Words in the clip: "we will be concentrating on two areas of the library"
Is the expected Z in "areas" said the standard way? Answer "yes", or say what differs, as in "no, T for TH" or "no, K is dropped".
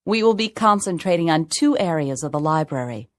yes